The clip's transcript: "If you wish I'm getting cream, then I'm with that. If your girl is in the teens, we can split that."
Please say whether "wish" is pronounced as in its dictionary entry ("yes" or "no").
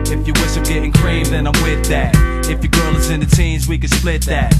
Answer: no